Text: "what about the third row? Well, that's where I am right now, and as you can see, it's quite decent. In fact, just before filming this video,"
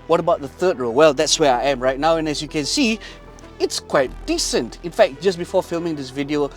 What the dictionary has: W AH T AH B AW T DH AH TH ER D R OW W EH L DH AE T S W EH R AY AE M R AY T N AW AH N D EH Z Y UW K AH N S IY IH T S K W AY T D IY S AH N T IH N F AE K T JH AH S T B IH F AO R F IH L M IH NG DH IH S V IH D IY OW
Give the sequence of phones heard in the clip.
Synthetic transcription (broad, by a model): W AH T AH B AW T DH AH TH ER D R OW W EH L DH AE T S W EH R AY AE M R AY T N AW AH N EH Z Y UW K AH N S IY IH T S K W AY T D IY S AH N T IH N F AE K T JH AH S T B IH F AO R F IH L M IH NG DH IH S V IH D IY OW